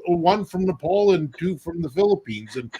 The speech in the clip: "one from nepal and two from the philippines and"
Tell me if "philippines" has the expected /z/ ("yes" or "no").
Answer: yes